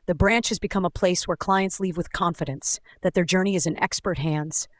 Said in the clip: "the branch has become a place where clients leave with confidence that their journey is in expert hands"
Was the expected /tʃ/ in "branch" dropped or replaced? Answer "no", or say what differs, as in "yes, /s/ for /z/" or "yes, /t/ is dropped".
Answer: no